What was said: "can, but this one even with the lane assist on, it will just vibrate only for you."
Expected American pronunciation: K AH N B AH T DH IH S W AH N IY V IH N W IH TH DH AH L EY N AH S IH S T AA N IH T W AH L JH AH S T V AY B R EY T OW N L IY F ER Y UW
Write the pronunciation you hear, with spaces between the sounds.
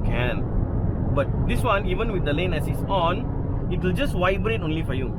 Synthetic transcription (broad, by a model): K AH N B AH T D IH S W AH N IY V IH N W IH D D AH L EY N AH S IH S AA N IH T W AH L JH AH S T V AY B R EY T OW N L IY F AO Y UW